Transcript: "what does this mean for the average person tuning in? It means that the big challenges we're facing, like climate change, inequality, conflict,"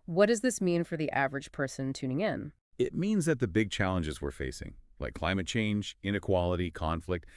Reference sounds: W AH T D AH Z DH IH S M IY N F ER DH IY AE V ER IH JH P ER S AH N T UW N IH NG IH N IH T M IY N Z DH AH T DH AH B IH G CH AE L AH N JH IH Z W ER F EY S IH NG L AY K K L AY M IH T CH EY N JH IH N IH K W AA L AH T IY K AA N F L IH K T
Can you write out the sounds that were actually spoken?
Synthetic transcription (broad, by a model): W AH T D AH Z DH IH S M IY N F ER DH IY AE V ER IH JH P ER S AH N T UW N IH NG IH N IH T M IY N Z DH AH T DH AH B IH G CH AE L AH N JH IH Z W ER F EY S IH NG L AY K K L AY M IH T CH EY N JH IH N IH K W AA L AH T IY K AA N F L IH K T